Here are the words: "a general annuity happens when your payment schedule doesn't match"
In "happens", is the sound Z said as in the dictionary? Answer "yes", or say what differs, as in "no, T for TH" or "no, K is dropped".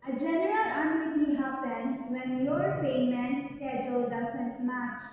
no, Z is dropped